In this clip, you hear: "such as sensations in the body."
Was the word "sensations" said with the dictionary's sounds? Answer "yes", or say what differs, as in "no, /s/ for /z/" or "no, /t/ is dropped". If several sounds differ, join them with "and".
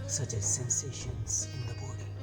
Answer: yes